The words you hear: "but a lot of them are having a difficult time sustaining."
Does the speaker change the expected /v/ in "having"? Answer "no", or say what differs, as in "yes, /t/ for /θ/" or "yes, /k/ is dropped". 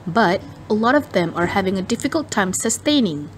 no